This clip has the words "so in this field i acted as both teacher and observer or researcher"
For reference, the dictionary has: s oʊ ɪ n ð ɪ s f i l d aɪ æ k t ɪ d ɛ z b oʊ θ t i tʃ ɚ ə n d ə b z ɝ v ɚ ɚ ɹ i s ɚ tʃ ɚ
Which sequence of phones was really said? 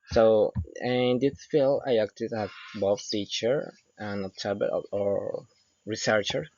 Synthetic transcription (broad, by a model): s oʊ ɪ n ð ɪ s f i l aɪ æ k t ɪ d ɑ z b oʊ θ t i tʃ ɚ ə n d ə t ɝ b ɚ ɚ ɹ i s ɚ tʃ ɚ